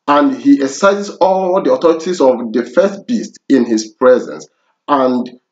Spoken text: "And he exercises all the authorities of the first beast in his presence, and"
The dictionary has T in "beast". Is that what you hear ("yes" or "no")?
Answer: yes